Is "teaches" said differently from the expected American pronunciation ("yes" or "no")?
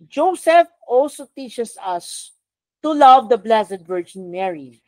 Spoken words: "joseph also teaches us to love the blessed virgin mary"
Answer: yes